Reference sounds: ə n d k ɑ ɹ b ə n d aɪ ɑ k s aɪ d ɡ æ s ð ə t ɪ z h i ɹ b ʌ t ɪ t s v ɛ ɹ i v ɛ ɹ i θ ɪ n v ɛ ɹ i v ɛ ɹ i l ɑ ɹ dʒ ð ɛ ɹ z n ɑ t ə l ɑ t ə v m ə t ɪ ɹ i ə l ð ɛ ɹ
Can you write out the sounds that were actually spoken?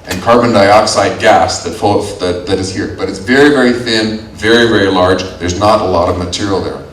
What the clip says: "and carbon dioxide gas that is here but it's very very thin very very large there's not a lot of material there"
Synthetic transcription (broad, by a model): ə n k ɑ ɹ b ə n d aɪ ɑ k s aɪ d ɡ æ s ð ə t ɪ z h i ɹ b ʌ t ɪ t s v ɛ ɹ i v ɛ ɹ i θ ɪ n v ɛ ɹ i v ɛ ɹ i l ɑ ɹ dʒ ð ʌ ɹ z n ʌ t ə l ɑ t ə v m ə t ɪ ɹ i l ð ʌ ɹ